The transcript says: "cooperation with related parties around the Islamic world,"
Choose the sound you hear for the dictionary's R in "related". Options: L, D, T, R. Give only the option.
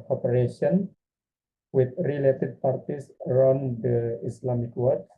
R